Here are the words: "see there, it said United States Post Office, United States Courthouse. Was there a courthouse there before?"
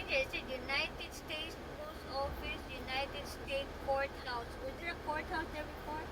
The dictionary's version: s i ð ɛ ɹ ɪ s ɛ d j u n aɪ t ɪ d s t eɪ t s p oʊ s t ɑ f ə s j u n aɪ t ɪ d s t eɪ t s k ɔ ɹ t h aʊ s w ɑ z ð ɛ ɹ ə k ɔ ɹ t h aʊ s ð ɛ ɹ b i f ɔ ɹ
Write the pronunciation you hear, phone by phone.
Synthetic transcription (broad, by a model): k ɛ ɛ ɪ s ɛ j u n aɪ t ɪ d s t eɪ t s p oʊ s ɑ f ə s j u n aɪ t ɪ d s t eɪ t s k ɔ ɹ t h aʊ s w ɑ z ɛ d ə k ɔ ɹ t h aʊ s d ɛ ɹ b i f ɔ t